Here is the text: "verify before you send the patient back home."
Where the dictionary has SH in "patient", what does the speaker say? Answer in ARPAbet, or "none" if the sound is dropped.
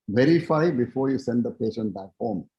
SH